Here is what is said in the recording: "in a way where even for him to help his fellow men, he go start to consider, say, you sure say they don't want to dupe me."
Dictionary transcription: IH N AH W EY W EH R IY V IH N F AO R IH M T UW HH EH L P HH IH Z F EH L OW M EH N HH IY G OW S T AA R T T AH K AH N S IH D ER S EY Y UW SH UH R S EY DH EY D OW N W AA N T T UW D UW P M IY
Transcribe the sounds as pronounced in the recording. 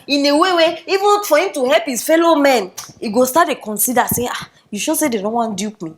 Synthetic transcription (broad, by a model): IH N AH W EY W EH IY V IH N F AO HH IH M T UW HH EH L P HH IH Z F EH L OW M EH N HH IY G OW S T AA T T AH K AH N S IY D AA S EY Y UW SH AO S EY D EY D OW N W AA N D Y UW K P M IY